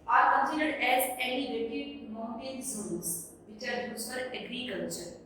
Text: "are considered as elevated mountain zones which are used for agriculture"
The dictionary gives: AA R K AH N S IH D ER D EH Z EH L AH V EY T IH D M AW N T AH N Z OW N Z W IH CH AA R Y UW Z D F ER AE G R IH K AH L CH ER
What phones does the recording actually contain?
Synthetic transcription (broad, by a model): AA R K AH N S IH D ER D EH Z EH N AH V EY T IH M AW T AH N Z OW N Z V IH CH AA R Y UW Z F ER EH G R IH K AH L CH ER